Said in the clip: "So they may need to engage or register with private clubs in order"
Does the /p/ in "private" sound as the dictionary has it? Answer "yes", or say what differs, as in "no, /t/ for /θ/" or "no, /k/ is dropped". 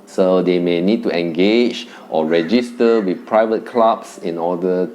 yes